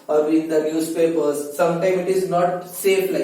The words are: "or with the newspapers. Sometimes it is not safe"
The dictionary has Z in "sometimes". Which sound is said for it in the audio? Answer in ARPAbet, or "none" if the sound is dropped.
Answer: none